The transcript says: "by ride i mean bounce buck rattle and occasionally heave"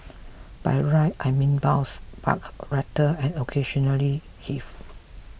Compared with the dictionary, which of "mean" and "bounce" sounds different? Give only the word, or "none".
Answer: bounce